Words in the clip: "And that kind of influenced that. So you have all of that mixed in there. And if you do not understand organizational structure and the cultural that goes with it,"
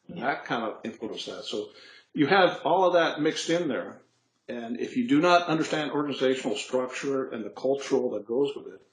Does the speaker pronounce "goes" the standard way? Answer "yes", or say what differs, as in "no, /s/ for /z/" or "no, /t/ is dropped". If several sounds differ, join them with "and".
yes